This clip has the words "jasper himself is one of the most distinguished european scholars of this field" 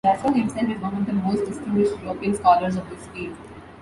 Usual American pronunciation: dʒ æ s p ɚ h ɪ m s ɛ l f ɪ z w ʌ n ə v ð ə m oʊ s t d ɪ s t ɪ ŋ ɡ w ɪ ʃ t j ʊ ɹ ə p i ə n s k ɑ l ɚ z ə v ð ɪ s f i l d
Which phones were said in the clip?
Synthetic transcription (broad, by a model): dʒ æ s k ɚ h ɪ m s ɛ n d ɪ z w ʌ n ə v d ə m oʊ s t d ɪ s t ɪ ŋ ɡ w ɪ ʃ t j ʊ ɹ ə p i ə n s k ɑ l ɚ z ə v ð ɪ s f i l